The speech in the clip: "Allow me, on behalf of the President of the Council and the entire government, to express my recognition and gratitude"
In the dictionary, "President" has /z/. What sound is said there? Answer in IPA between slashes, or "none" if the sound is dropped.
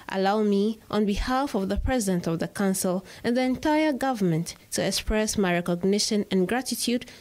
/z/